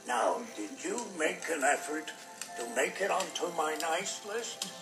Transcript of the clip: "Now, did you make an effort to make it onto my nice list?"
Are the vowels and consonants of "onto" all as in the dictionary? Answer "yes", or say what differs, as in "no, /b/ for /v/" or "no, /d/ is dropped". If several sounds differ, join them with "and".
yes